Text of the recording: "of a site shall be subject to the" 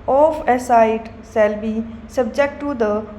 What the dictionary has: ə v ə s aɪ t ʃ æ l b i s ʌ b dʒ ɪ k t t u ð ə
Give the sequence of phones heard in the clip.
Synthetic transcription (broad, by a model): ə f ə s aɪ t s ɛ l b i s ʌ b dʒ ɪ k t t u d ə